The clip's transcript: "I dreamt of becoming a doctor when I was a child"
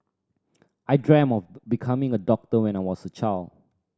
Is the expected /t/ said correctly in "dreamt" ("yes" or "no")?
no